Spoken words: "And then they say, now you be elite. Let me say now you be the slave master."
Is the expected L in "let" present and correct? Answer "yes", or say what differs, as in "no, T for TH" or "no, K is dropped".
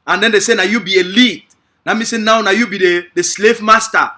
no, N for L